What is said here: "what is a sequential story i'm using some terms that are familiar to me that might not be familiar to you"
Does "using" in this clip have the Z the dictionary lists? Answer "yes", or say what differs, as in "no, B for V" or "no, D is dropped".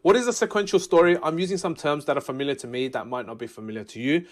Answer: yes